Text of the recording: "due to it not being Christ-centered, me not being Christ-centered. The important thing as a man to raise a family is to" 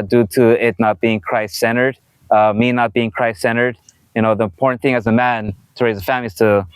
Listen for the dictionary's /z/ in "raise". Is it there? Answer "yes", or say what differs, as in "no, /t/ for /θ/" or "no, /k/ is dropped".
yes